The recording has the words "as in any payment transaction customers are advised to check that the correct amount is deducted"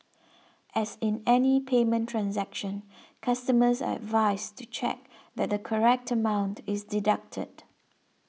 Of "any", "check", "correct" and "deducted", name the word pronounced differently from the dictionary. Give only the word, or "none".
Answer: none